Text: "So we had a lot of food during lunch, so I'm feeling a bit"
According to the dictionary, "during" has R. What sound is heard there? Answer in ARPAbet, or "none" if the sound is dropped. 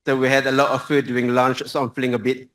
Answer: none